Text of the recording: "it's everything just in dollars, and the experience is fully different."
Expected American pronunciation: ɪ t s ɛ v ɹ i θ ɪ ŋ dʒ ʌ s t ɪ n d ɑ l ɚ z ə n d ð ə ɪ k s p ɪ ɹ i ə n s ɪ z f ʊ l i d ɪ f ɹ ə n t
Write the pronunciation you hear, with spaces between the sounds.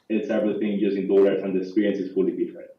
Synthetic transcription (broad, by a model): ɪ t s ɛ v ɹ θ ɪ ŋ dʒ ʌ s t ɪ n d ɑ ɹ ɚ s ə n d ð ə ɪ k s p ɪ ɹ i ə n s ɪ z f ʊ l i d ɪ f ɹ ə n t